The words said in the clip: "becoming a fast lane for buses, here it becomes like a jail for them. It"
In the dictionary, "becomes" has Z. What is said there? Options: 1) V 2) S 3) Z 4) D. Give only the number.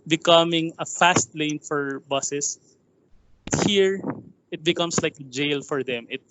2